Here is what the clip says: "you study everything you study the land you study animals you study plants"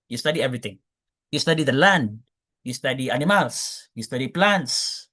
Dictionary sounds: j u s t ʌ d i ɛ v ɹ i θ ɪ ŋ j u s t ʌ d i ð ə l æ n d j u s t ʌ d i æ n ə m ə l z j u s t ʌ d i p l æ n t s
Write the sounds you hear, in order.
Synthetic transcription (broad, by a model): j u s t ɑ d i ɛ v ɹ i t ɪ ŋ j u s t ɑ d i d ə l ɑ n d j u s t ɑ d i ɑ n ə m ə l s j u s t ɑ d i p l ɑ n t s